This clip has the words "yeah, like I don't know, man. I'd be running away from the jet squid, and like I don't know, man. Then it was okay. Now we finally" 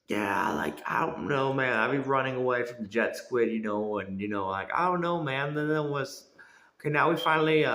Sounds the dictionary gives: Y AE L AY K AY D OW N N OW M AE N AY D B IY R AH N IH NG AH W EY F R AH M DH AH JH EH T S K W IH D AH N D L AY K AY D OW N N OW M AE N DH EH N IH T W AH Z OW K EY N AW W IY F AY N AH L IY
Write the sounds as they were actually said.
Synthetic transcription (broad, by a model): Y AE L AY K AY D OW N N OW M AE N AY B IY R AH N IH NG AH W EY F R AH M DH AH JH EH T S K W IH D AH N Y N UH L AY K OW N N OW M AE N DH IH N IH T W AH Z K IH N AW W IY F AY N L IY